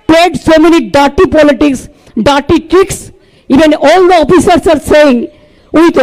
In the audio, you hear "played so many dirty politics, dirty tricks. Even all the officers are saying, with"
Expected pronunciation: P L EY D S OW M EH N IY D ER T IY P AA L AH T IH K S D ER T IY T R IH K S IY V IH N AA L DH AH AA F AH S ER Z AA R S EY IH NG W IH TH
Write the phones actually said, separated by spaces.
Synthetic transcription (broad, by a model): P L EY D S OW M EH N IY D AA T IY P AA L AH T IH K S D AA T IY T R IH K S IY V IH N AA L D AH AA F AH S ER S AA R S EY IH NG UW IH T